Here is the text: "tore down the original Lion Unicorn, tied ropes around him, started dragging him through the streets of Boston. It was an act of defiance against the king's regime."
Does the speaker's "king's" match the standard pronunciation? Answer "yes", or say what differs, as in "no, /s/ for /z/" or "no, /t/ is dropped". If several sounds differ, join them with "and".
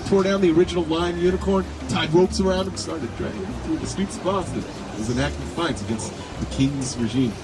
yes